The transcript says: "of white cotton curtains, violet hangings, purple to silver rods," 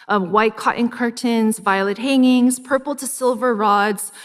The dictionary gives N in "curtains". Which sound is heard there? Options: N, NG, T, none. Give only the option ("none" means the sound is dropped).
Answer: N